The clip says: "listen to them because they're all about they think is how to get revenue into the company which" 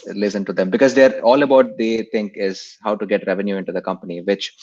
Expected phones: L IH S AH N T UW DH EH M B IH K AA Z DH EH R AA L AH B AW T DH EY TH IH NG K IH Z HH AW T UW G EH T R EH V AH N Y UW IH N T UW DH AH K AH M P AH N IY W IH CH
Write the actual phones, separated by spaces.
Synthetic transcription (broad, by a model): L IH S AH N T UW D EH M B IH K AA Z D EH R AA L AH B AW T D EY T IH NG K IH Z HH AW T UW G EH T R EH V AH N Y UW IH N T UW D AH K AH M P AH N IY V IH CH